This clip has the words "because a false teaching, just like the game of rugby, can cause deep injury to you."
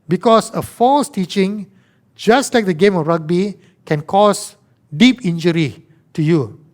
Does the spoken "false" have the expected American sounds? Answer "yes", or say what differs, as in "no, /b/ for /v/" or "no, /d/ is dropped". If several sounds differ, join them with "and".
yes